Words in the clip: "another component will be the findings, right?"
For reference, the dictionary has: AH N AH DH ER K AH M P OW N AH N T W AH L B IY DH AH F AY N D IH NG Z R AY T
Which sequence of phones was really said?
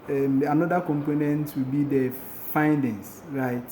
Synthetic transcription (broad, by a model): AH N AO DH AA K AH M P OW N AH N T W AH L B IY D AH F AY N D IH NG S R AY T